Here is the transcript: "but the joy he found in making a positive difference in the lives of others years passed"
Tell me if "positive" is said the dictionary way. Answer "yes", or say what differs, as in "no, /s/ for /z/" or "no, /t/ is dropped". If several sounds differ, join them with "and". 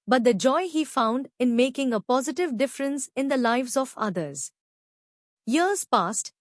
yes